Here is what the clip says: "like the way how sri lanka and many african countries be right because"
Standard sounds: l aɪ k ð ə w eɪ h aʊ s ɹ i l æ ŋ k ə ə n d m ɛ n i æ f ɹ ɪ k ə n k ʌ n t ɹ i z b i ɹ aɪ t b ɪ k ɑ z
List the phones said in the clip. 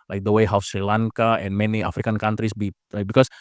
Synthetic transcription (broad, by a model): l aɪ k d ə w eɪ h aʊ s ɹ i l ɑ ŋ k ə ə n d m ɛ n i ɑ f ɹ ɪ k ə n k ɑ n t ɹ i s b i l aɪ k b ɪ k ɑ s